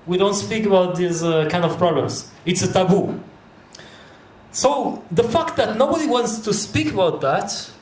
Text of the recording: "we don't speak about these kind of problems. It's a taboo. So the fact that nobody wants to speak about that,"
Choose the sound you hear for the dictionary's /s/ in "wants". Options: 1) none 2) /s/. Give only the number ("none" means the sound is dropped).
2